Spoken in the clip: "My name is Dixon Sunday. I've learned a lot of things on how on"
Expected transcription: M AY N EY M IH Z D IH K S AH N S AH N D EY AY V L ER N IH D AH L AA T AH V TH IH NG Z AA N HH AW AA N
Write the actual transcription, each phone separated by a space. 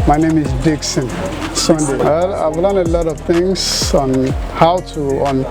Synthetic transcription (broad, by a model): M AY N EY M IH Z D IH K S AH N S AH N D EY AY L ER L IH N AH L AA T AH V T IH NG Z AA N HH AW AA N